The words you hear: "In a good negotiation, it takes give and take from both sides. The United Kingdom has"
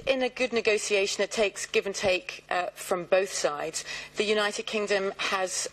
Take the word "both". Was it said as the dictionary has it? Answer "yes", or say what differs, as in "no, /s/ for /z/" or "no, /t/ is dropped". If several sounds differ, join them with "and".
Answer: yes